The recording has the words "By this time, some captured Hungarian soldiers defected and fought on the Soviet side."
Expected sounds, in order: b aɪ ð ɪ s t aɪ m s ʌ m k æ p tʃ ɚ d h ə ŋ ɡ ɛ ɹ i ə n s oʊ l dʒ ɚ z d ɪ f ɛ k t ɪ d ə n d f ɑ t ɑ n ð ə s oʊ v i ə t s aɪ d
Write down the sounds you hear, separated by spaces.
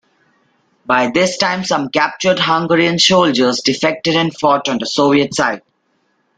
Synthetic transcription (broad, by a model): b aɪ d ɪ s t aɪ m s ʌ m k æ p tʃ ɚ d h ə ŋ ɡ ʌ ɹ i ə n ʃ oʊ l dʒ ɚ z d ɪ f ɛ k t ɪ d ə n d f ɑ t ɑ n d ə s oʊ v i ə t s aɪ d